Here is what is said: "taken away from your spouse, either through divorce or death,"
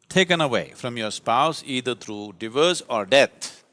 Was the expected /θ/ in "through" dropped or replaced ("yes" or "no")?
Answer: yes